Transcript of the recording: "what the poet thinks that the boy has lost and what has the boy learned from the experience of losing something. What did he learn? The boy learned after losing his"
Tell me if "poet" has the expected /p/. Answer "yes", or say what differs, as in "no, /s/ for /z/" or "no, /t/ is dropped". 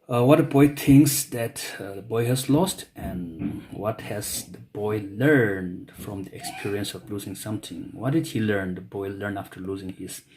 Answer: no, /b/ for /p/